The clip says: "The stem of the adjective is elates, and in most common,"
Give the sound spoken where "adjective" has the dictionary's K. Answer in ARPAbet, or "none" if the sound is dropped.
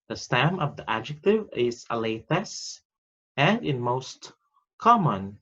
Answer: K